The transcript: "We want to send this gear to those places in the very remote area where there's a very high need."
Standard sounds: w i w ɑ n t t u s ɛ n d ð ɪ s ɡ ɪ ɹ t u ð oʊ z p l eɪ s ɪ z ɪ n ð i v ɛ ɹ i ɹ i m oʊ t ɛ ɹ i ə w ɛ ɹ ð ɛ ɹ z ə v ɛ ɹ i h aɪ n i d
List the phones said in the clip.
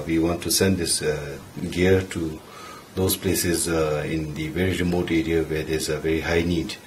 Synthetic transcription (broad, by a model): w i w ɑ n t t u s ɛ n d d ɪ s ɡ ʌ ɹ t u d oʊ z p l eɪ s ɪ z ɪ n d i v ɛ ɹ i ɹ i m oʊ t ɛ ɹ i ə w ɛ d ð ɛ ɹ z ə v ɛ ɹ i h aɪ n i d